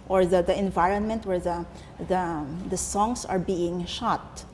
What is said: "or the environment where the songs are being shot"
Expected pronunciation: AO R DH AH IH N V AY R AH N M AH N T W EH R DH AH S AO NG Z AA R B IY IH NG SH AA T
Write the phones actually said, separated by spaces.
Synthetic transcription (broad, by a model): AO R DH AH IH N V AY R AH N M AH N T W EH R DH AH S AO NG S AA R B IY IH NG SH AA T